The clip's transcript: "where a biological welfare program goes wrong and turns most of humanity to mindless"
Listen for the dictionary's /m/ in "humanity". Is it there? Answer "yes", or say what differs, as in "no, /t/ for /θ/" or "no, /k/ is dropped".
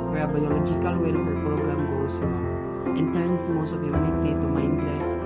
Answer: no, /m/ is dropped